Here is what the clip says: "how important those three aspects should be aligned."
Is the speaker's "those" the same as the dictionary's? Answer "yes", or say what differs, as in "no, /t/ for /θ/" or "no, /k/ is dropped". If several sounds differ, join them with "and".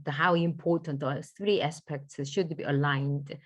no, /z/ is dropped